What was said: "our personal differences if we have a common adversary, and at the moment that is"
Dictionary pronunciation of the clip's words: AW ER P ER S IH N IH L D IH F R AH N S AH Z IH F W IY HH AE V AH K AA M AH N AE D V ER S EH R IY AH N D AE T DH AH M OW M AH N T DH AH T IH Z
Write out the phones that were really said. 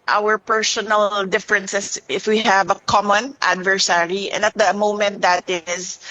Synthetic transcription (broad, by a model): AW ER P ER S IH N IH L D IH F R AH N S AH S IH F W IY HH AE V AH K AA M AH N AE D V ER S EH R IY AH N D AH T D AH M OW M AH N T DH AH T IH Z